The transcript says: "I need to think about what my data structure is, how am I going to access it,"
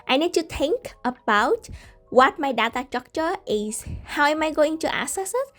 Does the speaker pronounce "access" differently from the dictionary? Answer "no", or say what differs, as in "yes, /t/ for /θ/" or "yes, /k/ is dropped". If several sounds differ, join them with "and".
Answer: yes, /k/ is dropped